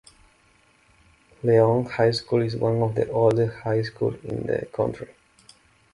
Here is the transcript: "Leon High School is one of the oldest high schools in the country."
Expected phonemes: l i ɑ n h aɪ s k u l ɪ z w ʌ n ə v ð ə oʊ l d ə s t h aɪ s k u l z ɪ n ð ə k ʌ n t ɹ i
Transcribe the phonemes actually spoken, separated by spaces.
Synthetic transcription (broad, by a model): l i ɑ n h aɪ s k u l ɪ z w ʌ n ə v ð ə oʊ l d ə h aɪ s k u l ɪ n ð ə k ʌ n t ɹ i